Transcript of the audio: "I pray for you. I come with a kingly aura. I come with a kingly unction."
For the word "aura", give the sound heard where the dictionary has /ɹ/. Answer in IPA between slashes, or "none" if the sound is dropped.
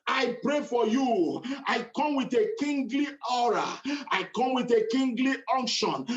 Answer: /ɹ/